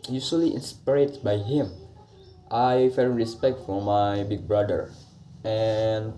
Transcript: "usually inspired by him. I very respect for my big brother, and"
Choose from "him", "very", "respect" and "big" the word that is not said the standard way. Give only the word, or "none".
very